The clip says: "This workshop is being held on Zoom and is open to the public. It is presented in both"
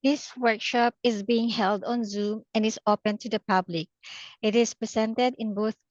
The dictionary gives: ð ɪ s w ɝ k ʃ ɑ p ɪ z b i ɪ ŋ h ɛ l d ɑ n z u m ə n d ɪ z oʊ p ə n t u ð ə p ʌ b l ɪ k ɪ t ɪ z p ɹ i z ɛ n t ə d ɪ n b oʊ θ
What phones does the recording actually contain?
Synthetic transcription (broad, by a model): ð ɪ s w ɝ k ʃ ɑ p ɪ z b i ɪ ŋ h ɛ l d ɑ n z u m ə n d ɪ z oʊ p ə n t u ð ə p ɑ b l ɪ k ɪ t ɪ s p ɹ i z ɛ n t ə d ɪ n b oʊ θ